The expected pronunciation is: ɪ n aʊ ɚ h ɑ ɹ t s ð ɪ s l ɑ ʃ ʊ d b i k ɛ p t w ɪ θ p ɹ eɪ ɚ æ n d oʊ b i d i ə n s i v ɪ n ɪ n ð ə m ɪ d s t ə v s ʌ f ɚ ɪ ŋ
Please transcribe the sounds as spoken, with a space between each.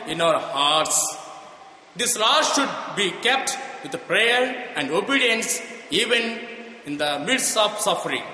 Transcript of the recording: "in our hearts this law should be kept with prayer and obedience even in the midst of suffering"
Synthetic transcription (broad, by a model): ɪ n aʊ ɚ h ɑ ɹ t s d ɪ s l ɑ ʃ ʊ d b i k ɛ p t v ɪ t p ɹ eɪ ɚ æ n d oʊ b i d i ə n s i v ɪ n ɪ n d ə m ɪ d s ə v s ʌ f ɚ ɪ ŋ